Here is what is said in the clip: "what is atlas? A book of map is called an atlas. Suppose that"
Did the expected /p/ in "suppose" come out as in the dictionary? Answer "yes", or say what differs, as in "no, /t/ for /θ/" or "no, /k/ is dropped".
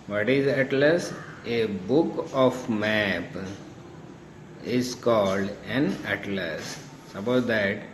no, /b/ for /p/